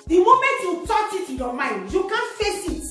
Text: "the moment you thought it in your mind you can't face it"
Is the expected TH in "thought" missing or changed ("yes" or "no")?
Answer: yes